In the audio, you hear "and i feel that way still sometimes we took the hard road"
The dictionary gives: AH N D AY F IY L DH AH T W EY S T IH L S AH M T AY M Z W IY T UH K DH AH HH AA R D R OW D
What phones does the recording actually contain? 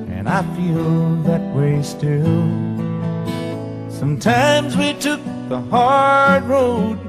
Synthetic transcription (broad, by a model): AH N AY F IY L DH AH T W EY S T IH L S AH M T AY M Z W IY T UH K DH AH HH AA R D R OW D